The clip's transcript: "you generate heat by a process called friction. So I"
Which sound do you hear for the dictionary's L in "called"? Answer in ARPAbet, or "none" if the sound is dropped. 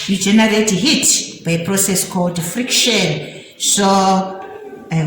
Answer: L